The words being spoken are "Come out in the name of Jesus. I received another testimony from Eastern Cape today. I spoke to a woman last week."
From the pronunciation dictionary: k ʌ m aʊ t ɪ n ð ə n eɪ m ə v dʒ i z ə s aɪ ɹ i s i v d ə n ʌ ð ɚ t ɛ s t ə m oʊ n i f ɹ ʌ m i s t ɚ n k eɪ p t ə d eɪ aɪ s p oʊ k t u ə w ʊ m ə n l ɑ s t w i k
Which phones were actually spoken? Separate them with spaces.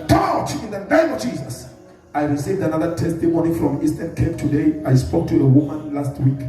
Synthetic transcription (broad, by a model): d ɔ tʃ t ɪ n ð ə n eɪ m ə v dʒ i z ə s aɪ ɹ i s i v d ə n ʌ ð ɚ t ɛ s t ə m oʊ n i f ɹ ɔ m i s t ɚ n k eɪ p t ə d eɪ aɪ s p oʊ k t u ə w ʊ m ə n l ɑ s t w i k